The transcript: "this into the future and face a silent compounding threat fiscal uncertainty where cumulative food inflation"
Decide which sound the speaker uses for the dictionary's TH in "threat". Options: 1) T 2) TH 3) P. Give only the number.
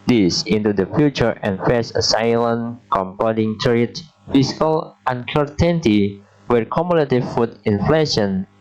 1